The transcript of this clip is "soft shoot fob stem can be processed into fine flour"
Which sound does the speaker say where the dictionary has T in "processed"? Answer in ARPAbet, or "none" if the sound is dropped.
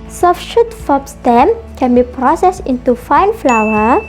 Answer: none